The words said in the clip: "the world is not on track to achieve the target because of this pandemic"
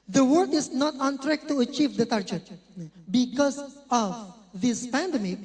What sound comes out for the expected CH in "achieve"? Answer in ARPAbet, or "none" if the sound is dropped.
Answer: CH